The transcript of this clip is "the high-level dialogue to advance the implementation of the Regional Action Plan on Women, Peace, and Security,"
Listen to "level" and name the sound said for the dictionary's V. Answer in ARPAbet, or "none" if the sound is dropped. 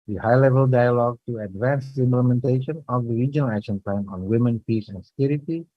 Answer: V